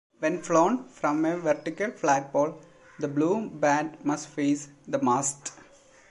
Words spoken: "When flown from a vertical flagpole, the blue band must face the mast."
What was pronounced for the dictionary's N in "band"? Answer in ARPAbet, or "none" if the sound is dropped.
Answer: none